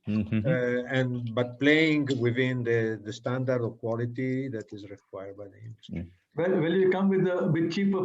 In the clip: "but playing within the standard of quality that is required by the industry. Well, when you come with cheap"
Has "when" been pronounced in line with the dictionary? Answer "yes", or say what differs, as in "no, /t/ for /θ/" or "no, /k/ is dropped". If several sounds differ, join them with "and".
no, /l/ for /n/